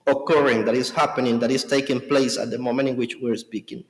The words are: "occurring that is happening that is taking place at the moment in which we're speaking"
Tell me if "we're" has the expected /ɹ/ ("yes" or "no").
yes